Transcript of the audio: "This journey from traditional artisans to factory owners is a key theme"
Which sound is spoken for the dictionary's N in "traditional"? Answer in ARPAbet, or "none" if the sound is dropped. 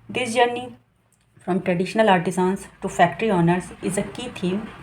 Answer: N